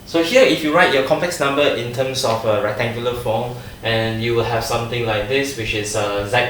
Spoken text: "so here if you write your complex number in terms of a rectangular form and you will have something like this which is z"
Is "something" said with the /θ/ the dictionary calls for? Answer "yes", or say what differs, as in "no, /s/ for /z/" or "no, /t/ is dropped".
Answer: no, /t/ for /θ/